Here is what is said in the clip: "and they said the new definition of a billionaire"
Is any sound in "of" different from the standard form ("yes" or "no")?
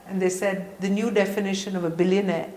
no